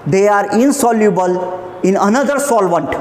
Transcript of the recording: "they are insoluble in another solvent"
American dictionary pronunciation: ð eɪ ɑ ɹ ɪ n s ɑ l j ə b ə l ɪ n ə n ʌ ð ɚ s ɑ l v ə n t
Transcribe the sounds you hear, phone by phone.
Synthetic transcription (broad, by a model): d eɪ ɑ ɹ ɪ n s ɑ l j ə b ə l ɪ n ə n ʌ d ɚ s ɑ l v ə n t